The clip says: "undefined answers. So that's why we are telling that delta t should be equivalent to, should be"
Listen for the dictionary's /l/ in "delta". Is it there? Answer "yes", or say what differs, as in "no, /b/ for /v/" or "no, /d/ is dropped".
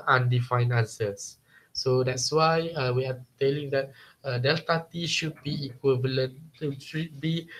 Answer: yes